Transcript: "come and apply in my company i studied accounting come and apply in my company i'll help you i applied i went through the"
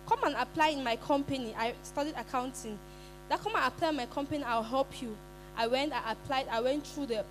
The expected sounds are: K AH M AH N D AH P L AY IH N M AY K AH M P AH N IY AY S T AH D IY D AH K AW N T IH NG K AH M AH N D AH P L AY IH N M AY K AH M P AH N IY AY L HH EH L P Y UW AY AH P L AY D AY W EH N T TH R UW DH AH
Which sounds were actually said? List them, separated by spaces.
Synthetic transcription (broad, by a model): K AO M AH N AH P L AY IH N M AY K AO M P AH N IY AY S T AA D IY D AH K AW N T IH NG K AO M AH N AH P L AY IH N M AY K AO M P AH N IY AY W HH EH L P Y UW AY AH P L AY D AY W EH N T R UW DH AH